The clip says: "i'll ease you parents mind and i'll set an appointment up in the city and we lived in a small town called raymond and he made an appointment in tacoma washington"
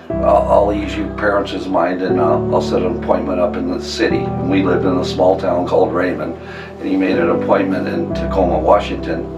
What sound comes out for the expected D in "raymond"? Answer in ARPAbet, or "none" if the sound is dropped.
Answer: none